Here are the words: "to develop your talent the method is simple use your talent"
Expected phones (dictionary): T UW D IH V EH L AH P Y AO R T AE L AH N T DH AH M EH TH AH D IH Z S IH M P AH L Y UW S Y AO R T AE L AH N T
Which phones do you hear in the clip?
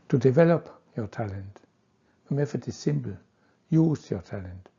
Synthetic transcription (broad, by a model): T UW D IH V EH L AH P Y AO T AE L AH N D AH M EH F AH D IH S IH M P L Y UW S Y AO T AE L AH N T